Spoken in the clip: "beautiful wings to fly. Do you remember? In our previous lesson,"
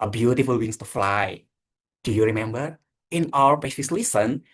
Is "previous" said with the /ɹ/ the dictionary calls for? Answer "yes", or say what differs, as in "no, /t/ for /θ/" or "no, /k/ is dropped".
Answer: no, /ɹ/ is dropped